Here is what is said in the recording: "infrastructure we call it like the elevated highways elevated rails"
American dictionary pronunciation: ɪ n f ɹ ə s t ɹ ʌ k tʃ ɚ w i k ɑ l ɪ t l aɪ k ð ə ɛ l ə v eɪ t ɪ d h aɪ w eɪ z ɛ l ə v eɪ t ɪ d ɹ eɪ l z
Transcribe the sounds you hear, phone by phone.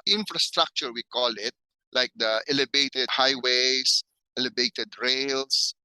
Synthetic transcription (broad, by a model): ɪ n f ɹ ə s t ɹ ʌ k tʃ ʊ w i k ɑ l ɪ t l aɪ k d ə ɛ l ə b eɪ t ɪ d h aɪ w eɪ s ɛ l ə b eɪ t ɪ d ɹ eɪ l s